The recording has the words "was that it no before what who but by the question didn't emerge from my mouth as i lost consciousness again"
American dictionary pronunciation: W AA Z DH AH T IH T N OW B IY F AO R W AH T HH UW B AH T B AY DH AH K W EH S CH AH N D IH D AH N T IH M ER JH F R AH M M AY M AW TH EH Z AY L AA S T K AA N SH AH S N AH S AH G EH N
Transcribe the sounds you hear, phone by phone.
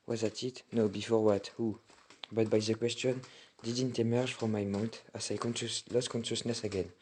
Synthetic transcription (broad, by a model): W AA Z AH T IH T N OW B IY F AO R W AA T HH UW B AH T B AY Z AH K W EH S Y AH N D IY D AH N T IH M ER ZH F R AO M M AY M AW T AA S AY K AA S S K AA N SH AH S N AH S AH G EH N